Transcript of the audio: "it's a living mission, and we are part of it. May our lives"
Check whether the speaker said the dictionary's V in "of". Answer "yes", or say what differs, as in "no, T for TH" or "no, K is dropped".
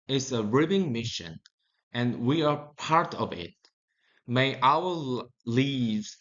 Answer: yes